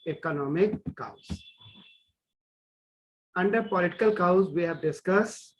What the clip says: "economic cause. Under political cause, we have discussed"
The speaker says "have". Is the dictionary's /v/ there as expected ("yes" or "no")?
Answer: yes